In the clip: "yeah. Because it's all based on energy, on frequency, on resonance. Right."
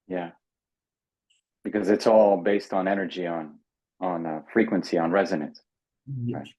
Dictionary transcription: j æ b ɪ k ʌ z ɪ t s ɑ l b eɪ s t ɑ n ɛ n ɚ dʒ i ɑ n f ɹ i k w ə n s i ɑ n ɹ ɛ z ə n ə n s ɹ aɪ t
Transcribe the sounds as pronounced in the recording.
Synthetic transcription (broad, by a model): j æ b ɪ k ʌ z ɪ t s ɑ l b eɪ s t n ɛ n ɚ dʒ i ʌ n f ɹ i k w ə n s i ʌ n ɹ ɛ z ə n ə n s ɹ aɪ t